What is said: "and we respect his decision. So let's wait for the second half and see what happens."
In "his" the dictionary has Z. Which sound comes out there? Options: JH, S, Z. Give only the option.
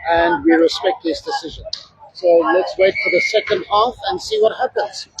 S